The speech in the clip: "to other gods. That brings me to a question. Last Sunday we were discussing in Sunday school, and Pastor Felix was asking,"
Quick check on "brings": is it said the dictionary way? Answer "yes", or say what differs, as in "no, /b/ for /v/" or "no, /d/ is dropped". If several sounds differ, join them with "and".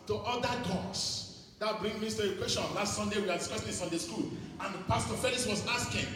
no, /z/ is dropped